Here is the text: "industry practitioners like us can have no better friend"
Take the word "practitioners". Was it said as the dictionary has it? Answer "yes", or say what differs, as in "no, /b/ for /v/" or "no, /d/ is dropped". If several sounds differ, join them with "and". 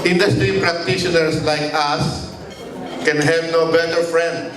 no, /s/ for /z/